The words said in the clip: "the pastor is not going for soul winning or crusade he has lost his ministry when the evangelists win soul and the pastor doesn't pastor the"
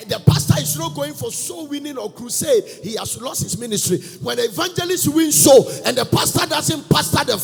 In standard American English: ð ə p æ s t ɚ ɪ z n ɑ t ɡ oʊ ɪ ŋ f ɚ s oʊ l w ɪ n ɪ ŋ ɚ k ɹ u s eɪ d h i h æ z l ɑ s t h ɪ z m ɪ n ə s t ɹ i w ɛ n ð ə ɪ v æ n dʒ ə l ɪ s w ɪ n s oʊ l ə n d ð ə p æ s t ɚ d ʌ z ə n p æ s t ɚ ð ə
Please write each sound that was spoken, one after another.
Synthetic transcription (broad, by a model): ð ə p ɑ s t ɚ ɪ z n ɑ t ɡ oʊ ɪ ŋ f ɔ s oʊ w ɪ n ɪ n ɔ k ɹ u s eɪ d h i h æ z l ɑ s t h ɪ s m ɪ n ə s t ɹ i w ɛ n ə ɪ v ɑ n dʒ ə l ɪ s w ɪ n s oʊ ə n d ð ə p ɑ s t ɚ d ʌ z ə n p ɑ s t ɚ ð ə